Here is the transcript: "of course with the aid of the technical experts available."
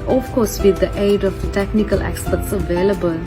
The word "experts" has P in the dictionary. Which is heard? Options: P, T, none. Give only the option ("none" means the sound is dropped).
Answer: none